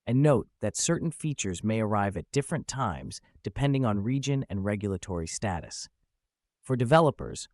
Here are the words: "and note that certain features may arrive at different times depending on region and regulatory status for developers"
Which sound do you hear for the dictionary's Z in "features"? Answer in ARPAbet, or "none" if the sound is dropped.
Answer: Z